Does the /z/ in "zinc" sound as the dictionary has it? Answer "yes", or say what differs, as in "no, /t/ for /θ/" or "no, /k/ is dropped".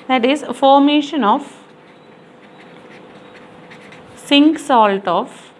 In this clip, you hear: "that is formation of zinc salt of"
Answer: no, /s/ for /z/